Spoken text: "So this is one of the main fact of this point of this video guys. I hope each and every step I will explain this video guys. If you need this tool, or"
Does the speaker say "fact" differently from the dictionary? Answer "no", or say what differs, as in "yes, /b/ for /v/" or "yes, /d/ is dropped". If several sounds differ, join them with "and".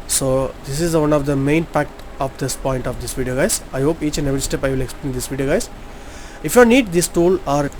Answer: yes, /p/ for /f/